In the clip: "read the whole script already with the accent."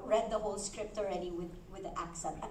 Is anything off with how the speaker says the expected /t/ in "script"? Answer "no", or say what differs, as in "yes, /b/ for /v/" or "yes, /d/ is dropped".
no